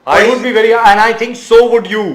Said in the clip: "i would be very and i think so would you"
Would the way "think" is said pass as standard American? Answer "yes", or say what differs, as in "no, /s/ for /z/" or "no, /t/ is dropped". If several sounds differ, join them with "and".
no, /t/ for /θ/